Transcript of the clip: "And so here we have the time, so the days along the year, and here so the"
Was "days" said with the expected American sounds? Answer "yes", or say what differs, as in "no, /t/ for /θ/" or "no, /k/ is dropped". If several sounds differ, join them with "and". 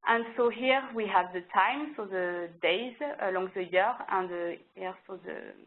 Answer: yes